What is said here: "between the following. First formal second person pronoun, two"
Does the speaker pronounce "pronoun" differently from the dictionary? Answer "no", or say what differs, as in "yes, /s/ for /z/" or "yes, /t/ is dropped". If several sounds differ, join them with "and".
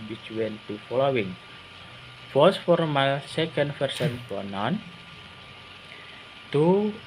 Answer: yes, /ɹ/ is dropped